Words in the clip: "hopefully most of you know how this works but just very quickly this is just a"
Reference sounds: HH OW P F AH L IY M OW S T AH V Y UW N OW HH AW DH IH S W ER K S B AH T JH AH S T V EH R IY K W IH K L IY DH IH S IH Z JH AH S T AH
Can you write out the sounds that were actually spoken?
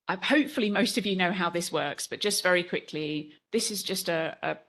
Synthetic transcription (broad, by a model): HH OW P F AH L IY M OW S T AH V Y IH N OW HH AW DH IH S W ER K S B AH T JH AH S T V EH R IY K W IH K L IY DH IH S IH Z JH AH S T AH